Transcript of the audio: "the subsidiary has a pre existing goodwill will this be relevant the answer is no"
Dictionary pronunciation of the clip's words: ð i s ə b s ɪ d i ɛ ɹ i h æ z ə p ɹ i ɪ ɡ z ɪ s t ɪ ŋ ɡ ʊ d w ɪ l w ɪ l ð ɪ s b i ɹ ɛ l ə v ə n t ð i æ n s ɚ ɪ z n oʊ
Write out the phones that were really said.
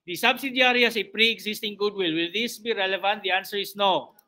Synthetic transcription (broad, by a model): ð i s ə b s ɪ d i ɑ ɹ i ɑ s ə p ɹ i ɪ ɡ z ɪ s t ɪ ŋ ɡ ʊ d w ɪ l w ɪ l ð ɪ s b i ɹ ɛ l ə v ə n t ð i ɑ n s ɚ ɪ s n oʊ